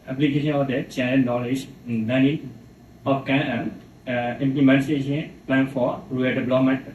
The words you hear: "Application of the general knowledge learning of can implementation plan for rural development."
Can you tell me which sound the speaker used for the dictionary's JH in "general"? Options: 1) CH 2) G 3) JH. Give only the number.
1